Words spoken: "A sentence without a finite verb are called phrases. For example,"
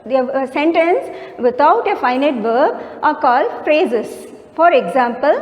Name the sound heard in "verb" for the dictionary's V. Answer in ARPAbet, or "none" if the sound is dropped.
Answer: V